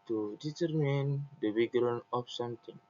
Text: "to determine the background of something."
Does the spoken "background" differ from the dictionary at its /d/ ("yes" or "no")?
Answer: yes